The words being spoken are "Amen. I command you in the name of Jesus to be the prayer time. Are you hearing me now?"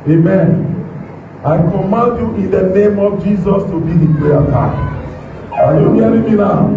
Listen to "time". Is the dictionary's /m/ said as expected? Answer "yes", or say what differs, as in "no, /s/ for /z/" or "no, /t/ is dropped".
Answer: no, /m/ is dropped